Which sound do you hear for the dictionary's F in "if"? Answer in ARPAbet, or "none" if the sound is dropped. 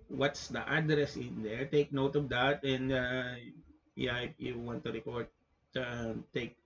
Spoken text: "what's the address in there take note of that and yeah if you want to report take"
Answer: P